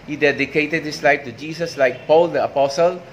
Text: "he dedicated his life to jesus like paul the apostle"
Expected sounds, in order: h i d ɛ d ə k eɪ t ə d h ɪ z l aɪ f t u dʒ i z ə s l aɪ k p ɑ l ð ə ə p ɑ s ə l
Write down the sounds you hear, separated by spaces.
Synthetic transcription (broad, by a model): h i d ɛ d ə k eɪ t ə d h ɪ s l aɪ f t u dʒ i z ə s l aɪ k p ɑ l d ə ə p ɑ s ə l